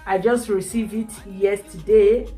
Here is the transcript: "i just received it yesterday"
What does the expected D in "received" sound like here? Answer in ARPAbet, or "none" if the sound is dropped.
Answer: none